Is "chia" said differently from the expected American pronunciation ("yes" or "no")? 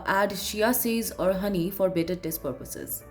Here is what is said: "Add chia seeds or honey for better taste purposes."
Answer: yes